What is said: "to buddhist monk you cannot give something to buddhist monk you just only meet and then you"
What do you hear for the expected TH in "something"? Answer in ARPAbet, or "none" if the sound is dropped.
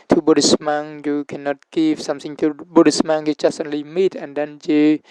S